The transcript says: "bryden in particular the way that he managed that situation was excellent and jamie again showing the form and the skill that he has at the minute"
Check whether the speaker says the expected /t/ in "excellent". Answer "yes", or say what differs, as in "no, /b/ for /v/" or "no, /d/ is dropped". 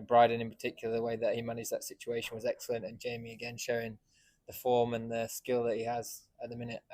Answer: yes